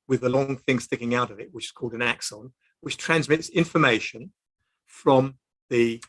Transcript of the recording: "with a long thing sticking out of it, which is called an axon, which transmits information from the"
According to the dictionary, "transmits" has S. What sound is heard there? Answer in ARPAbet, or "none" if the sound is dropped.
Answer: S